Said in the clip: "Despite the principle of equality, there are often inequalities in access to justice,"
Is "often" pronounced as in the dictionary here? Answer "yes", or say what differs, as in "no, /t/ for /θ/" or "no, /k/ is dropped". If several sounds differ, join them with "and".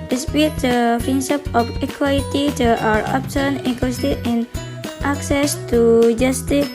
no, /p/ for /f/